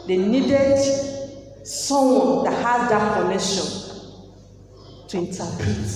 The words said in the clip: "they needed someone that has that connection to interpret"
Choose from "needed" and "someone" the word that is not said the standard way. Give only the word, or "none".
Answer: someone